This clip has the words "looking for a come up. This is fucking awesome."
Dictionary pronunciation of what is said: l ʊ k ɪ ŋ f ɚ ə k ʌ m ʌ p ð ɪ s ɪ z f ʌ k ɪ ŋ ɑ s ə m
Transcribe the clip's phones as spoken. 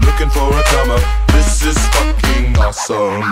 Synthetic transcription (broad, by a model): l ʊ k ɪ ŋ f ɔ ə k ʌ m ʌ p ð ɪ s ɪ z f ʌ k ɪ ŋ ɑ s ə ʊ